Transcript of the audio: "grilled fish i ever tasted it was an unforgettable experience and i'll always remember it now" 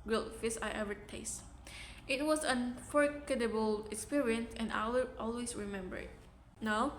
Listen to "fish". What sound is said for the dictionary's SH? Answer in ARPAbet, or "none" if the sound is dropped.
S